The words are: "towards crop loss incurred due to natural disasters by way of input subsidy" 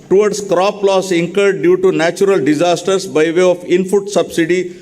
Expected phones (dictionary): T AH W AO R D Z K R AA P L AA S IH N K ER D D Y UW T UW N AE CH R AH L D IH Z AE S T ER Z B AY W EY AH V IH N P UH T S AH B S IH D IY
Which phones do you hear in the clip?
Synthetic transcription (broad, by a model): T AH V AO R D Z K R AA P L AA S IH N K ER D D Y UW T UW N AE CH R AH L D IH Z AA S T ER S B AY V EY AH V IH N F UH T S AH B S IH D IY